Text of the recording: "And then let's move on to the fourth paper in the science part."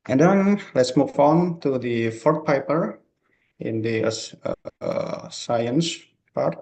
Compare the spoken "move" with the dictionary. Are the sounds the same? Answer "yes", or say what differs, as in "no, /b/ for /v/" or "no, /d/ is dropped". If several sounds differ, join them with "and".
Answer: no, /f/ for /v/